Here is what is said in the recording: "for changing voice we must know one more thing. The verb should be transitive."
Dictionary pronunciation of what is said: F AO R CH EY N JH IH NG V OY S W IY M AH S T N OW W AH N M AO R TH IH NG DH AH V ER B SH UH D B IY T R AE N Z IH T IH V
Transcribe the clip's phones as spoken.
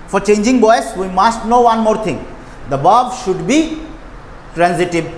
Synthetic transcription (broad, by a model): F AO R CH EY N JH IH NG B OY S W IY M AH S T N OW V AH N M AO R T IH NG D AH B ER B SH UH D B IY T R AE N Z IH T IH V